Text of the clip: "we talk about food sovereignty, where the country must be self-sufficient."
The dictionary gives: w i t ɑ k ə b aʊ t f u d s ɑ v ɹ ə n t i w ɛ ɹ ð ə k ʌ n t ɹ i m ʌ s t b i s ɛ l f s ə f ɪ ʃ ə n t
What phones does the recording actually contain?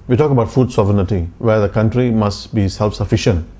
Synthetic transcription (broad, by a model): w i t ɑ k ə b aʊ t f u d s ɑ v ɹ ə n t i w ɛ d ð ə k ʌ n t ɹ i m ʌ s t b i s ɛ l f s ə f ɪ ʃ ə n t